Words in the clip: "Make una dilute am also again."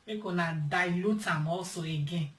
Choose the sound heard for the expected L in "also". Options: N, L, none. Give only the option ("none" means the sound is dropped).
none